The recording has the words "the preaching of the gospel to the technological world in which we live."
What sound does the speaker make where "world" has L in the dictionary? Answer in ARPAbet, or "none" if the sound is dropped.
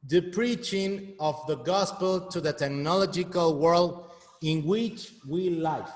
L